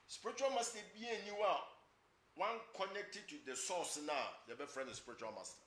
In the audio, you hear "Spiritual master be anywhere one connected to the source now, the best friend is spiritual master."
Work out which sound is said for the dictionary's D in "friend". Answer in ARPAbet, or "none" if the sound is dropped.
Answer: none